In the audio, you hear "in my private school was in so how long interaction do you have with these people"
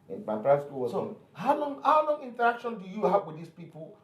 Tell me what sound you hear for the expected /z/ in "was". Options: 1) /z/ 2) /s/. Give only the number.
2